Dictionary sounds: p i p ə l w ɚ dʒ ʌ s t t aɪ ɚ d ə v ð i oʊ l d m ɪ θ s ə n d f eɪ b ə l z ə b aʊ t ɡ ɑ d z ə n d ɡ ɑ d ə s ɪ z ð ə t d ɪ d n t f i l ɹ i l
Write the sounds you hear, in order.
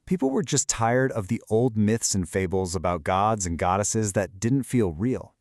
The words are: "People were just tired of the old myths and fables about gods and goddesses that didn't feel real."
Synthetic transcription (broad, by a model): p i p l w ɚ dʒ ʌ s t t aɪ ɚ d ə v ð i oʊ l d m ɪ θ s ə n f eɪ b l z ə b aʊ t ɡ ɑ d z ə n ɡ ɑ d ə s ɪ z ð ə t d ɪ d n t f i l ɹ i l